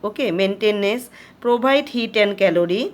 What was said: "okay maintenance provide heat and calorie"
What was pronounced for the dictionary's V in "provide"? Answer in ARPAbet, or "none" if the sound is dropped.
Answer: B